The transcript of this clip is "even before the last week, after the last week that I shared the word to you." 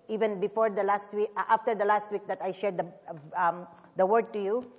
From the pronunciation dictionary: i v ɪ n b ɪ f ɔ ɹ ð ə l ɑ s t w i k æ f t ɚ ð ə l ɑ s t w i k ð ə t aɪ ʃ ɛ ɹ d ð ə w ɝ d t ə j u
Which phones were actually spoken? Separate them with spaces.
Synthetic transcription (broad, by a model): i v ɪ n b ɪ f ɔ ɹ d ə l ɑ s t w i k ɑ f t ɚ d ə l ɑ s t w i k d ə t aɪ ʃ ɛ ɹ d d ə w ɝ d t ə j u